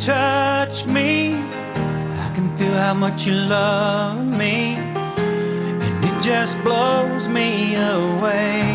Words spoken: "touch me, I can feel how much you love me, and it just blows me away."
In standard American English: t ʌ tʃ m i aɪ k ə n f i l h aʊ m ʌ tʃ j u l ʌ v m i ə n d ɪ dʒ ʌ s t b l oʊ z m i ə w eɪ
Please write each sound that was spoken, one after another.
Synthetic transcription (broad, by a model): t ʌ tʃ m i aɪ k ə n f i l h aʊ m ʌ tʃ j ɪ l ʌ v m i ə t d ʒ ʌ s b l oʊ z m i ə w eɪ